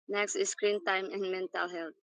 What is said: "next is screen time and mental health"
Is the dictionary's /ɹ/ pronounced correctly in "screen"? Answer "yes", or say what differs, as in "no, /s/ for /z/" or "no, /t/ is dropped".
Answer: yes